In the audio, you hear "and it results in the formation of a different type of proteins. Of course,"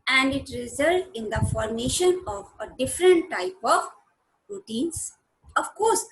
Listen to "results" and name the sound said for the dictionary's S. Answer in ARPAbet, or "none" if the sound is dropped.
none